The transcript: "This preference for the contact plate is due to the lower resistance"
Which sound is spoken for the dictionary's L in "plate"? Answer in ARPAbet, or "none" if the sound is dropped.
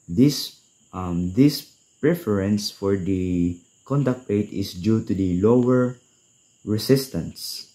none